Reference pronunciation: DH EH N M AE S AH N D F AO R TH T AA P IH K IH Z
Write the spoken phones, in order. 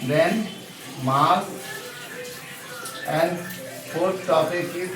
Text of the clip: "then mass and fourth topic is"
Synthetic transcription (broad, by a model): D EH N M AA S AH N D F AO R T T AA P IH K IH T